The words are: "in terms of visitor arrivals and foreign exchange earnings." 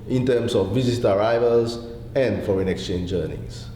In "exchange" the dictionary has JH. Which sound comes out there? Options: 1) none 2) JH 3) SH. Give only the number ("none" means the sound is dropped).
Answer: 2